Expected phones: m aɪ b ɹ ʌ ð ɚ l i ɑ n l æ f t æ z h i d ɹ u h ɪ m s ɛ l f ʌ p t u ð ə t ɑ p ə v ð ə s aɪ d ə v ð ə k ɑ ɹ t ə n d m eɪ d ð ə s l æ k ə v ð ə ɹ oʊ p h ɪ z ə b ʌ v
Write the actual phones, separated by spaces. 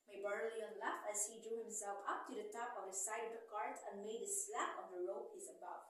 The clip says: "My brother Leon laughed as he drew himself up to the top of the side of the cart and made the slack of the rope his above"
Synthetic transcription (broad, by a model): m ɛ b ʌ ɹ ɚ l i ɑ n l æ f æ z h i d ɹ u h ɪ m s ɛ l f ʌ p t u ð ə t ɑ p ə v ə s aɪ d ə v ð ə k ɑ ɹ t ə n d m eɪ d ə s l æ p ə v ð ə ɹ oʊ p h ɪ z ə b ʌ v